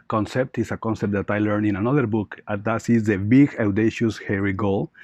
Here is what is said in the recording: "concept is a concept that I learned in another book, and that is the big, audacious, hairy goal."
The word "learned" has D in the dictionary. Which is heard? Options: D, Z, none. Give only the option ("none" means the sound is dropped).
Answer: none